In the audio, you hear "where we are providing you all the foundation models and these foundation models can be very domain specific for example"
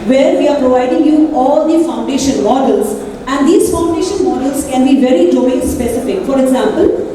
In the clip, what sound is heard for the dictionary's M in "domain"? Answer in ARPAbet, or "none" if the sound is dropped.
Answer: none